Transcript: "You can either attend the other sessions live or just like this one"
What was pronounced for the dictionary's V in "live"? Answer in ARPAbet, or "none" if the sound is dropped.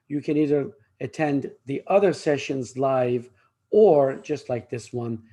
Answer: V